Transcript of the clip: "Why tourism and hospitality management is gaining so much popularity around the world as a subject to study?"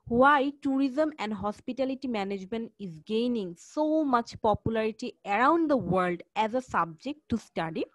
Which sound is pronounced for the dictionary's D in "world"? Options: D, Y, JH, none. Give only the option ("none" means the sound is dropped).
D